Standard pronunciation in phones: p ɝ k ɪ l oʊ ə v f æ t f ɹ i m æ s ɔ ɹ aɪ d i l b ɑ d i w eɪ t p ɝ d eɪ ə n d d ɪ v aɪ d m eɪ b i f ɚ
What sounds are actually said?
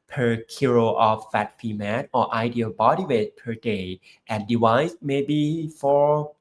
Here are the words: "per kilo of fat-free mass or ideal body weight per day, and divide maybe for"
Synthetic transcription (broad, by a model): p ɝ k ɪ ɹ oʊ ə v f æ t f i m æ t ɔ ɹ aɪ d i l b ɑ d i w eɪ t p ɝ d eɪ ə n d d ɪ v aɪ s m eɪ b i f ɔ